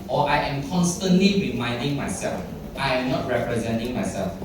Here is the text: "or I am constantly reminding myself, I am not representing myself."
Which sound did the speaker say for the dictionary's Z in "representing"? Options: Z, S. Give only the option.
Z